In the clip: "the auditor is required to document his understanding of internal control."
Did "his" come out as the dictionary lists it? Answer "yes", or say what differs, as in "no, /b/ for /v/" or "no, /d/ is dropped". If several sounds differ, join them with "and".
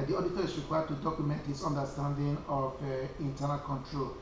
no, /s/ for /z/